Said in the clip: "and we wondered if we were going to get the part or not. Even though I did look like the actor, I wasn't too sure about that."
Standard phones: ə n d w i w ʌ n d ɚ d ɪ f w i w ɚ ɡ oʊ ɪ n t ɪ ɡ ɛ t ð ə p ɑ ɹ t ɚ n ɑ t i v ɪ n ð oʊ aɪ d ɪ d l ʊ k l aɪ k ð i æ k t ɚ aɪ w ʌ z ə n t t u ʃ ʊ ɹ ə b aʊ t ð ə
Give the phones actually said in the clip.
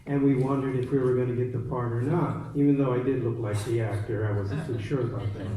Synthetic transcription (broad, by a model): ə n w i w ʌ n d ɚ d ɪ f w i w ɚ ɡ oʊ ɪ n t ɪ ɡ ɛ t ð ə p ɑ ɹ t ɚ n ɑ t i v ɪ n ð oʊ aɪ d ɪ d l ʊ k l aɪ k ð i æ k t ɚ aɪ w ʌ z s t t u ʃ ʊ ɹ ə b aʊ t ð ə